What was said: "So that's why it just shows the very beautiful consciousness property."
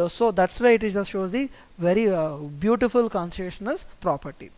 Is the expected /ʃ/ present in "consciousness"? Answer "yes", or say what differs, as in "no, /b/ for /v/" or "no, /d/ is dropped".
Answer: no, /s/ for /ʃ/